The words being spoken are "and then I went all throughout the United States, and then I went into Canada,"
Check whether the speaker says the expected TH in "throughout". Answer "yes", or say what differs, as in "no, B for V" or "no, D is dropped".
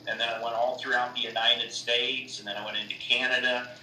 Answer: yes